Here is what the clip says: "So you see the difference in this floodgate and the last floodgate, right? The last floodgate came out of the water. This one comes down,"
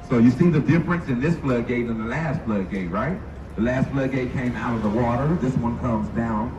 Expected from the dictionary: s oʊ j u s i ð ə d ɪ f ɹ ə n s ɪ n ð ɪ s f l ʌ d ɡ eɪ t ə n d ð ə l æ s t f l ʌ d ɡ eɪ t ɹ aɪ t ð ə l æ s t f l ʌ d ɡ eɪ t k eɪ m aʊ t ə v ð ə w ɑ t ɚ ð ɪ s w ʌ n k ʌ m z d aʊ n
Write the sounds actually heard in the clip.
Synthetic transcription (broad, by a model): s oʊ j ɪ s i ð ə d ɪ f ɹ ə n s ɪ n ð ɪ s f l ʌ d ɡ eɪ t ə n ð ə l æ s t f l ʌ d ɡ eɪ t ɹ aɪ t ð ə l æ s t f l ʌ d ɡ eɪ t k eɪ m aʊ t ə v ð ə w ɑ t ɚ ð ɪ s w ʌ n k ʌ m z d aʊ n